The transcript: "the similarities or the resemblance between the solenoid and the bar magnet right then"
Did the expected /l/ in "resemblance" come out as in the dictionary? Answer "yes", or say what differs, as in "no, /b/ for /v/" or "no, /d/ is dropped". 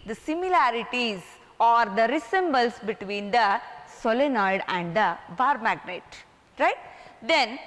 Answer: no, /l/ is dropped